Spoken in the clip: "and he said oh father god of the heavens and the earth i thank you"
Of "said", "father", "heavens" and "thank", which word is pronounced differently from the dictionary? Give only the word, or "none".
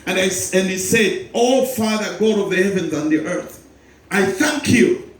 none